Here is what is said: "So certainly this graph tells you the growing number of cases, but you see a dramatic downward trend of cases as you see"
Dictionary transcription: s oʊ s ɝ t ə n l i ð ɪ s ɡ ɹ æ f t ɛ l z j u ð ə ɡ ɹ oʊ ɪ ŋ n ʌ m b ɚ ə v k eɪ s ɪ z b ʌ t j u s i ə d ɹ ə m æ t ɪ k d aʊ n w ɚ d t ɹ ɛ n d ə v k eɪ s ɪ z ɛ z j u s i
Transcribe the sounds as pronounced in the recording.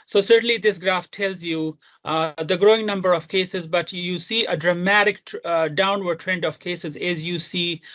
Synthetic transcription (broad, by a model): s oʊ s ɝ t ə n l i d ɪ s ɡ ɹ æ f t ɛ l z j u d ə ɡ ɹ oʊ ɪ ŋ n ʌ m b ɚ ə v k eɪ s ɪ z b ʌ t j u s i ə d ɹ ə m æ t ɪ k d aʊ n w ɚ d t ɹ ɛ n d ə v k eɪ s ɪ z ɛ z j u s i